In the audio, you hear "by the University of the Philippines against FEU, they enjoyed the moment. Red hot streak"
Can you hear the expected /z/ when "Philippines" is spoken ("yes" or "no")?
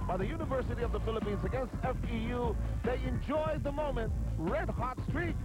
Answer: yes